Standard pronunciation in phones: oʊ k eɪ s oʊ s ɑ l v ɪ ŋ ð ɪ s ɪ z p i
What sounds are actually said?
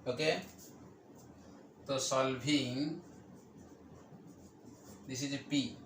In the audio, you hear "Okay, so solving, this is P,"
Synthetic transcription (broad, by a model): oʊ k eɪ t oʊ s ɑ l b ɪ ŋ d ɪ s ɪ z p i